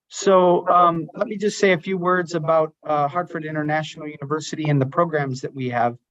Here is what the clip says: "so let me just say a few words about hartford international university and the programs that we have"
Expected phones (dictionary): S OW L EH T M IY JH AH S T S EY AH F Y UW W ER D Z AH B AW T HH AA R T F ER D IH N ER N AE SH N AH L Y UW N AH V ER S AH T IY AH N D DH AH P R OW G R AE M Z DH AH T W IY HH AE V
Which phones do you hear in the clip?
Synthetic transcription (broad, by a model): S OW L EH T M IY JH AH S T S EY AH F Y UW W ER D Z AH B AW T HH AA R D F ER D IH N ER N AE SH N L Y UW N AH V ER S AH T IY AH N DH AH P R OW G R AE M Z DH AH T W IY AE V